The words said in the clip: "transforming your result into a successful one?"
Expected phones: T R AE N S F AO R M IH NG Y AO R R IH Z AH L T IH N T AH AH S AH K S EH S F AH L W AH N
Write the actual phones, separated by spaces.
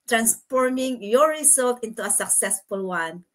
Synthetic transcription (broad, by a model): T R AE N S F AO R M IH NG Y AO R R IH S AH L T IH N T AH AH S AH K S EH S F AH L W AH N